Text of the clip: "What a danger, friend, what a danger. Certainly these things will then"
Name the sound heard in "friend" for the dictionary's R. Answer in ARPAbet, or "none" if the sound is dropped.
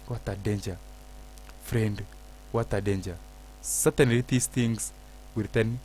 R